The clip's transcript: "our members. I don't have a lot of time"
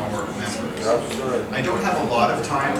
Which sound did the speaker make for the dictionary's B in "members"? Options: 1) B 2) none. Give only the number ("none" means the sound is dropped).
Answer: 2